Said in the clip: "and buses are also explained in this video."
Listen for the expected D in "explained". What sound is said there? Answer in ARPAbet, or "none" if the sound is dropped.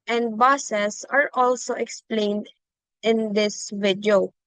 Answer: D